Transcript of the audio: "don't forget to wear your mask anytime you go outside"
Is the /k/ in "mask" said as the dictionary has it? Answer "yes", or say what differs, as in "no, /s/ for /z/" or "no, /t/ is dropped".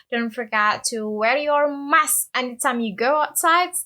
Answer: no, /k/ is dropped